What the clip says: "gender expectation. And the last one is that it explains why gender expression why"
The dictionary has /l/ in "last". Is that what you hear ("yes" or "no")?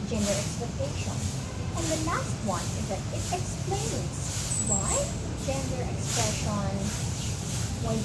no